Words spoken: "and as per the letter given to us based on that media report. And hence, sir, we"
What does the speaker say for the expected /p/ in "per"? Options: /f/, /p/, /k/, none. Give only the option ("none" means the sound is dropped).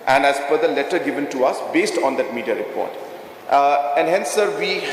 /f/